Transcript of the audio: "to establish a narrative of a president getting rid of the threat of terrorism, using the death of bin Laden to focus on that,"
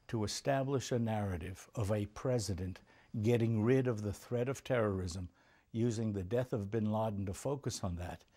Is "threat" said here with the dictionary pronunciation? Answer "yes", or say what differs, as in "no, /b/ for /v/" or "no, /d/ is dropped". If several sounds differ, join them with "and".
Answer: yes